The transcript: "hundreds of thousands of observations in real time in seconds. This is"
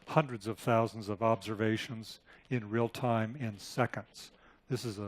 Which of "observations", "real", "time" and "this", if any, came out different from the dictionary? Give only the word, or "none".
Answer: none